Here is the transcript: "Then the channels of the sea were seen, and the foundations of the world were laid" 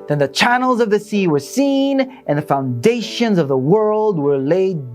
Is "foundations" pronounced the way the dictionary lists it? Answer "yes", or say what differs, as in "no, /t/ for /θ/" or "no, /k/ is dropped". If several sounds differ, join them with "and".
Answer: yes